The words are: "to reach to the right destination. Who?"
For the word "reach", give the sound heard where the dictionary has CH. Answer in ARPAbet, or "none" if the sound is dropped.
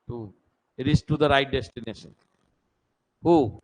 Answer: S